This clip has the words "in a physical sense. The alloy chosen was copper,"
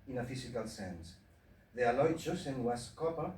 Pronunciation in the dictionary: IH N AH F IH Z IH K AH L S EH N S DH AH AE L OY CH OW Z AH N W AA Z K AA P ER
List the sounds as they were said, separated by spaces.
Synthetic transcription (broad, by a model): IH N AH F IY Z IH K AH L S EH N S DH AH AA L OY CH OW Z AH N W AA S K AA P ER